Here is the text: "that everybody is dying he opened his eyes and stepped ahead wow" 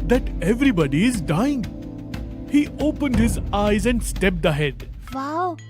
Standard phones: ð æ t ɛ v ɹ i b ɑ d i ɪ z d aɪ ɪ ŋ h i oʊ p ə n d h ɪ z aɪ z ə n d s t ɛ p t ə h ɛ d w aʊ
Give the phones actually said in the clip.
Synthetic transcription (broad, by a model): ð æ t ɛ v ɹ i b ɑ d i ɪ z d aɪ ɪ ŋ h i oʊ p ə n d h ɪ z aɪ z ə n d s t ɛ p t ə h ɛ d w aʊ